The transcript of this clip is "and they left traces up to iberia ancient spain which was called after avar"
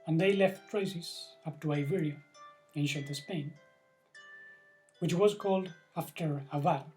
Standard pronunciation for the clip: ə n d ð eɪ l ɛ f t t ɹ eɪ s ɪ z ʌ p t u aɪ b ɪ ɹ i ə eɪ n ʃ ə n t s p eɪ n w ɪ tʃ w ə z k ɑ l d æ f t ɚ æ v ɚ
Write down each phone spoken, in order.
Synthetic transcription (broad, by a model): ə n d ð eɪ l ɛ f t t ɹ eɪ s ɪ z ʌ p t u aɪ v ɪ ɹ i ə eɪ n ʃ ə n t s p eɪ n w ɪ tʃ w ə z k ɑ l d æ f t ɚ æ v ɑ